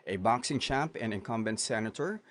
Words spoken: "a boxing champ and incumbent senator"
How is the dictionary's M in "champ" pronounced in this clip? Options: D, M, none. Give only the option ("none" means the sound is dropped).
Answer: none